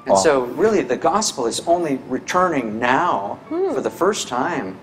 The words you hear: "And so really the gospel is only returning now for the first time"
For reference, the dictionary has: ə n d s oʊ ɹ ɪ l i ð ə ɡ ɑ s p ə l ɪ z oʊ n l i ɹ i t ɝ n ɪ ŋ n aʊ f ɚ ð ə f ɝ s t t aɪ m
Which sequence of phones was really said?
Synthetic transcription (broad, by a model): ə n s oʊ ɹ ɪ l i ð ə ɡ ɑ s p l ɪ z oʊ n l i ɹ i t ɝ n ɪ ŋ n aʊ f ɚ ð ə f ɝ s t t aɪ m